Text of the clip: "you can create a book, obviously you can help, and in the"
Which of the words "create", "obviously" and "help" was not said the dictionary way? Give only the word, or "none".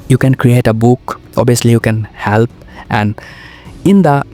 obviously